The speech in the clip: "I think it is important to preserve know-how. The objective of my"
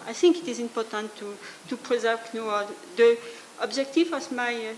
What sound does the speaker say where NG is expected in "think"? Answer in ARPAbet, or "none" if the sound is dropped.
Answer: NG